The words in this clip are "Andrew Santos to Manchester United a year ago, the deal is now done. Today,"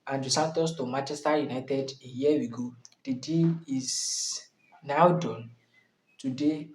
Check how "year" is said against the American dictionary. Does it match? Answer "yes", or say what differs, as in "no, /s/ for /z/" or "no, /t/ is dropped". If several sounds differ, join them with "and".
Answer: no, /w/ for /ɹ/